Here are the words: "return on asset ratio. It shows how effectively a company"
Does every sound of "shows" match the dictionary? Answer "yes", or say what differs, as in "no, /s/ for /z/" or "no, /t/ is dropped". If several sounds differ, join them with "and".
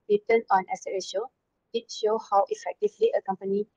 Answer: no, /z/ is dropped